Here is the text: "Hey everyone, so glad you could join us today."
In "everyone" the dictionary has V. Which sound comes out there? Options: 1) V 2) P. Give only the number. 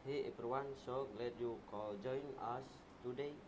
2